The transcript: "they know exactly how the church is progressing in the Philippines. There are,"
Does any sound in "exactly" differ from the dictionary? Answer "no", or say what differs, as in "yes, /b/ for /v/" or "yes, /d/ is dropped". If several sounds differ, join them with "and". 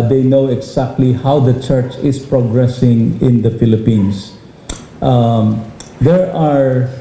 yes, /s/ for /z/